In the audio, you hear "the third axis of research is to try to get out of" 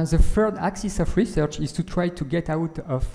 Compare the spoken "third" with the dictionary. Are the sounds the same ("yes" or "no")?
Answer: no